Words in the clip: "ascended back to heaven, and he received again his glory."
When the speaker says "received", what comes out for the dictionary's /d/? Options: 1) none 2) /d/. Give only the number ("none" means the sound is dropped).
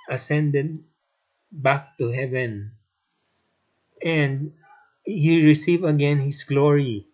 1